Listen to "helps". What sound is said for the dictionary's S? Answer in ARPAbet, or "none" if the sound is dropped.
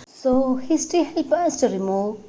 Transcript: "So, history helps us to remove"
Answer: none